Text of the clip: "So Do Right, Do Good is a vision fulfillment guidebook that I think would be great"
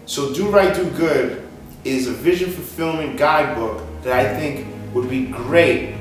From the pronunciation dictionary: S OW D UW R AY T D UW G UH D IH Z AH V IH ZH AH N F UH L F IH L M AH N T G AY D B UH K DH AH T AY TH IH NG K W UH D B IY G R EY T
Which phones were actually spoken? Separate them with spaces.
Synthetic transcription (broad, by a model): S OW D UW R AY T D UW G UH D IH Z AH V IH ZH AH N F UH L F IH L M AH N G AY D B UH K DH AH T AY TH IH NG K W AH D B IY G R EY T